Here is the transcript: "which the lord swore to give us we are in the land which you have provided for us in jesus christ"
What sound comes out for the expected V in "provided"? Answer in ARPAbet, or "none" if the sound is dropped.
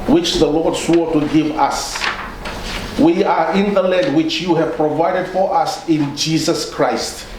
V